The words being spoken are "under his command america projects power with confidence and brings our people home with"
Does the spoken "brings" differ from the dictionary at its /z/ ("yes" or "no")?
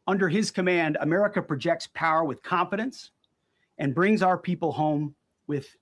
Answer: no